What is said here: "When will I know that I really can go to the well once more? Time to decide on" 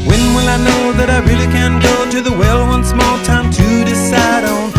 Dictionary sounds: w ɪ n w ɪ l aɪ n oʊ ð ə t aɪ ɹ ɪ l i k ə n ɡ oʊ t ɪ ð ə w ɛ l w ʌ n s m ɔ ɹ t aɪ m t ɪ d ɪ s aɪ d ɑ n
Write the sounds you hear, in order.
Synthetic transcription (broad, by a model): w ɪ n w ɪ l aɪ n oʊ ð ə t aɪ ɹ ɪ l i k ə n ɡ oʊ t ɪ ð ə w ɛ l w ʌ n s m ɔ l t aɪ m t ɪ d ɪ s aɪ d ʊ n